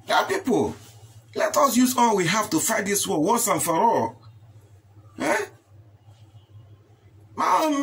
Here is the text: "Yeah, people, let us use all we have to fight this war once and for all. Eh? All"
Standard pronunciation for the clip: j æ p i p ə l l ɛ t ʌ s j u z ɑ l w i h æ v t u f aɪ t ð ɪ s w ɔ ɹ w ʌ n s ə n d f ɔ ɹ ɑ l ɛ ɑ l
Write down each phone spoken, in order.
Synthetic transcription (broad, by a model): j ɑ p i p ə l l ɛ t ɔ s j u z ɑ l w i h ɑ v t u f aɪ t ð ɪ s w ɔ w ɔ s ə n f ɔ ɹ ɑ l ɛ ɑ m